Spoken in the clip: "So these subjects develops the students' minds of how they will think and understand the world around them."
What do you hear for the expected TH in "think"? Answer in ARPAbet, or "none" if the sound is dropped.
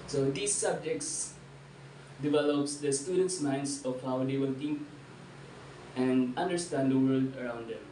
T